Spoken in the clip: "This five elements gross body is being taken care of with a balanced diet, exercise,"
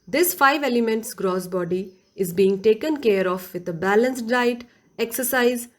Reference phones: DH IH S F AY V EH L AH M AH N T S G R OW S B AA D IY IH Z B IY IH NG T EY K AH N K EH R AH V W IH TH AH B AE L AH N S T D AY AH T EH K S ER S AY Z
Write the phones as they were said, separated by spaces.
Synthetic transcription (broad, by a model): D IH S F AY V EH L AH M AH N T S G R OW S B AA D IY IH Z B IY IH NG T EY K AH N K EH R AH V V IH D AH B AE L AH N S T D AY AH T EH K S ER S AY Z